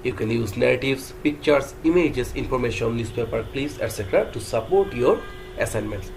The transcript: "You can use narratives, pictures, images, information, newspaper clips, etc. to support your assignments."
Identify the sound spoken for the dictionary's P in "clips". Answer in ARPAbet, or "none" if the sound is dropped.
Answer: none